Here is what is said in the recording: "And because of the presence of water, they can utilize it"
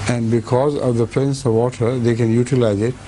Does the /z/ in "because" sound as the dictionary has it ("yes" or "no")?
yes